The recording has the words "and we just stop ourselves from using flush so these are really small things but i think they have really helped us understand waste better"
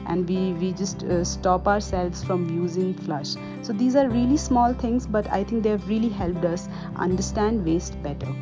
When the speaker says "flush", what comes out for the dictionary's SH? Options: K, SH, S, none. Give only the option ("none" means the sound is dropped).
SH